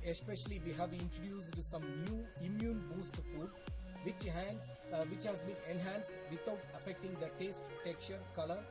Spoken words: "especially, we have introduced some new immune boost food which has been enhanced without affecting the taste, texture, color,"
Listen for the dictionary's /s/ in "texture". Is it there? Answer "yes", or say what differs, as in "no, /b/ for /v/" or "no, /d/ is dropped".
no, /s/ is dropped